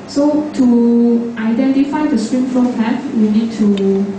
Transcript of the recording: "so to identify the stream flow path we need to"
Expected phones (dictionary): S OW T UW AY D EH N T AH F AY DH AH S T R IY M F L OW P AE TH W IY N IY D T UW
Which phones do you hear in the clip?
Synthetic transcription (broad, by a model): S OW T UW AY D EH N T AH F AY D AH S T R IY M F OW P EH T W IY N IY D T UW